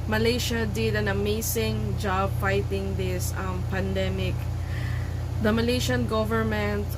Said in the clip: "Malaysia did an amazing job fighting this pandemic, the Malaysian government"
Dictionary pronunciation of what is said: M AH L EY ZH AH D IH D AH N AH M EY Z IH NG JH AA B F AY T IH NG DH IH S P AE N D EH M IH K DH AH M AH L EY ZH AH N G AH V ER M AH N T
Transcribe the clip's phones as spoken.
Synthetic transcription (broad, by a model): M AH L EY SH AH D IH D AH N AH M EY S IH NG JH AA B F AY T IH NG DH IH S P AE N D EH M IH K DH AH M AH L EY SH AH N G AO V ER M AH N T